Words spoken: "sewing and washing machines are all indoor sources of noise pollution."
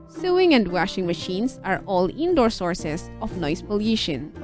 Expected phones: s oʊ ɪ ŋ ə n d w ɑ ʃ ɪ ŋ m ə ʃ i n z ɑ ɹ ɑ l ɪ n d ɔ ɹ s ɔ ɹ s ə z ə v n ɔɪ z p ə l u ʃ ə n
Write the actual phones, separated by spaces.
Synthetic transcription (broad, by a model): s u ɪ ŋ ə n d w ɑ ʃ ɪ ŋ m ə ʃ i n s ɑ ɹ ɑ l ɪ n d ɔ ɹ s ɔ ɹ s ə s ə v n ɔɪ s p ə l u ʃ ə n